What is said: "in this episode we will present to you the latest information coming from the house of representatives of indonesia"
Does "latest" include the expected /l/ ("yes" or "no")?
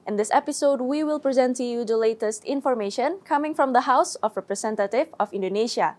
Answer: yes